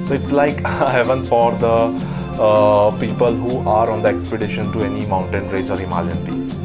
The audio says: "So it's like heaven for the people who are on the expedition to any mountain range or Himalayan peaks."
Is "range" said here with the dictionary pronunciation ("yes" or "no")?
no